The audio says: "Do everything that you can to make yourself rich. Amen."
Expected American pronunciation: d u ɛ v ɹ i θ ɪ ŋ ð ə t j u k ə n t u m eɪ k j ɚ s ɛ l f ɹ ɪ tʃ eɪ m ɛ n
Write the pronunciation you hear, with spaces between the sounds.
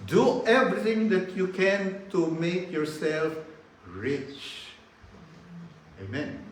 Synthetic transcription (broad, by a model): d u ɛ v ɹ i t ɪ ŋ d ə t j u k ə n t u m eɪ k j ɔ s ɛ l f ɹ ɪ tʃ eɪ m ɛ n